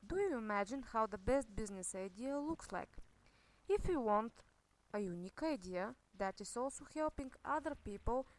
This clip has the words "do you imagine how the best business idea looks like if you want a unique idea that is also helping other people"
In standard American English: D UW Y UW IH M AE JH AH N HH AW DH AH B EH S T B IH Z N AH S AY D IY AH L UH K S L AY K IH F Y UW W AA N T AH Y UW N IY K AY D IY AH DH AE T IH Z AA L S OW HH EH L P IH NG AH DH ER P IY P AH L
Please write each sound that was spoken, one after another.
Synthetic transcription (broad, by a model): D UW Y UW IH M AE JH AH N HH AW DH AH B EH S T B IH Z N AH S AY D IY AH L UH K S L AY K IH F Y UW W AA N T AH Y UW N IY K AY D IY AH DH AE T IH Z AA L S OW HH EH L P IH NG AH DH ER P IY P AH L